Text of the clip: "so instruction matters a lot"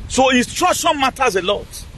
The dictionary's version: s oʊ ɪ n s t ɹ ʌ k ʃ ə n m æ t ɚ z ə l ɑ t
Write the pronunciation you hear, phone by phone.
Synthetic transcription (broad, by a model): s oʊ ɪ s t ɹ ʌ ʃ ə n m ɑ t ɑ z ə l ɑ t